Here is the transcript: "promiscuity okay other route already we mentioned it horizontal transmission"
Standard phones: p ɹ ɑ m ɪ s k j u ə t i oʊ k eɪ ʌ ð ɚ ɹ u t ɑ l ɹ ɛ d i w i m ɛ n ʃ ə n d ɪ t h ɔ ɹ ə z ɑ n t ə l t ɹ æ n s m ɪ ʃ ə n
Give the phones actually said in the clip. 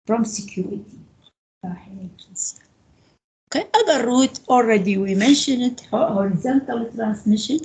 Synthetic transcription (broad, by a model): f ɹ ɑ m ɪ k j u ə t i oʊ k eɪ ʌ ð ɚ ɹ u t ɑ l ɹ ɛ d i w i m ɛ n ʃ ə n ɪ t h ɔ ɹ ə z ɑ n t ə l t ɹ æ n s m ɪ ʃ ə n